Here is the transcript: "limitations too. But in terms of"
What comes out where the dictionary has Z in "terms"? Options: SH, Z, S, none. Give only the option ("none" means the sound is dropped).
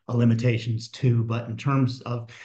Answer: Z